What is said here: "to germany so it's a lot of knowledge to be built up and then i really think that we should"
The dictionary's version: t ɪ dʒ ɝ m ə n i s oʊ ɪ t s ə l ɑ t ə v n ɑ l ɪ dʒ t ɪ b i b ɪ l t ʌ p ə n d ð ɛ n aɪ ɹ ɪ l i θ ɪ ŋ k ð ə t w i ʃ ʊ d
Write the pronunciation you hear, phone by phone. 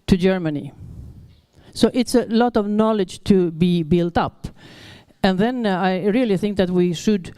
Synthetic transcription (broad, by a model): t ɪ dʒ ɝ m ə n i s oʊ ɪ t s ə l ɑ t ə v n ɑ l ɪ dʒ t ɪ b i b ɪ l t ʌ p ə n ð ɛ n aɪ ɹ ɪ l i θ ɪ ŋ k ð ə t w i ʃ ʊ d